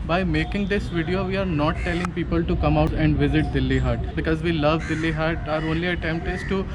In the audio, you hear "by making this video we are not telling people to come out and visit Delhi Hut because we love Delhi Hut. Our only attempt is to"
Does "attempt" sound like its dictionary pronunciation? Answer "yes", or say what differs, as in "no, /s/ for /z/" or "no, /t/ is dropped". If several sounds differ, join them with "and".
yes